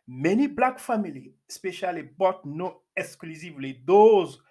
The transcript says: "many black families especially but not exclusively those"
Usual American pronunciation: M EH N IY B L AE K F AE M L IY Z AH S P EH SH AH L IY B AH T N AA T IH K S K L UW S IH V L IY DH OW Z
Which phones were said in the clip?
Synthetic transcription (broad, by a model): M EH N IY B L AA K F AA M IY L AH S P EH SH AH L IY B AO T N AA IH K S K L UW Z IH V L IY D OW Z